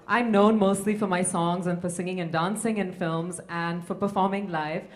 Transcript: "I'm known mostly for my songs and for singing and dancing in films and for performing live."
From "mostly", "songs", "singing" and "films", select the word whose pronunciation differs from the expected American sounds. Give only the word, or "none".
none